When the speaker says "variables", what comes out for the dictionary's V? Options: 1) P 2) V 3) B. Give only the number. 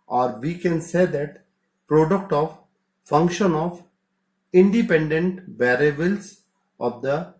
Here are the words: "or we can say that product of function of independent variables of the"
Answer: 3